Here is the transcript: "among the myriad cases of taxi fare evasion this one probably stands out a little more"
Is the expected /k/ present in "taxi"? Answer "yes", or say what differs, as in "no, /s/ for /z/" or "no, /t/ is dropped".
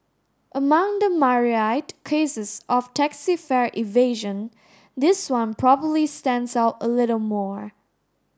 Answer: yes